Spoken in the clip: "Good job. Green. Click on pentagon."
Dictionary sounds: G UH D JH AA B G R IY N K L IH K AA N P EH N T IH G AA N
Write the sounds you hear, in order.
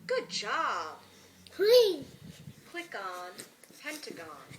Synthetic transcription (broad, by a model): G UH D JH AA B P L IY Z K W IH K AA N P EH N T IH G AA N